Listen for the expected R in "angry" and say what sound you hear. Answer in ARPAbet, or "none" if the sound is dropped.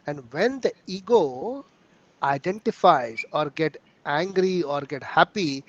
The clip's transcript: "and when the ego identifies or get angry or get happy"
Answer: R